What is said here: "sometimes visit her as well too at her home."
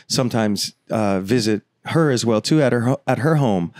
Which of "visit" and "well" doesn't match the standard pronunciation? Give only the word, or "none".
none